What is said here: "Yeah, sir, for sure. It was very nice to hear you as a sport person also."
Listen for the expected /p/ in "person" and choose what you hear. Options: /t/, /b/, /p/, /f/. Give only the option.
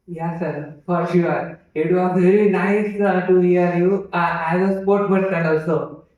/b/